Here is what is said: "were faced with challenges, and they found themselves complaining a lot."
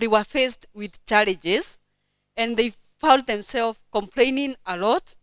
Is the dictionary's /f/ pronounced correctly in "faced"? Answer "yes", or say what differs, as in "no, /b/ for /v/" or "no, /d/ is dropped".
yes